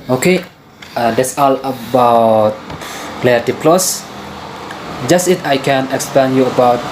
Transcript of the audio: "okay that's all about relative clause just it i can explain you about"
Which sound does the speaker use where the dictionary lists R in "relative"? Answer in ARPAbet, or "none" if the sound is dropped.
L